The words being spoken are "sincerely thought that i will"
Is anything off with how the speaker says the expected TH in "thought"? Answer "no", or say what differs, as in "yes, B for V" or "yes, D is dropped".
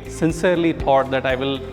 yes, T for TH